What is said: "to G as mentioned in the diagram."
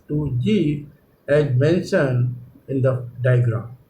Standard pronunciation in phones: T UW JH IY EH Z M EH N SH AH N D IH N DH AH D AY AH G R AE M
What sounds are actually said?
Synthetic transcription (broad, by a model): T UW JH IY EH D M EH N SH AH N IH N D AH D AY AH G R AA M